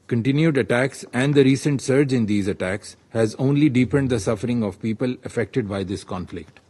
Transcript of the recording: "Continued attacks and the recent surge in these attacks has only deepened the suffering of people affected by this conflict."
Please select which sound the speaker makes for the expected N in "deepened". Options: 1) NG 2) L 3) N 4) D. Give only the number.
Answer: 3